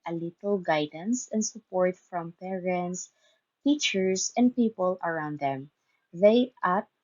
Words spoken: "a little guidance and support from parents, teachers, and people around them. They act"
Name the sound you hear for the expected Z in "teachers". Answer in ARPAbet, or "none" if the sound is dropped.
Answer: S